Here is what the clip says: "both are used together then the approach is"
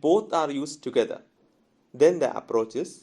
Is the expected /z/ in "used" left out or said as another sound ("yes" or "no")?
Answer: yes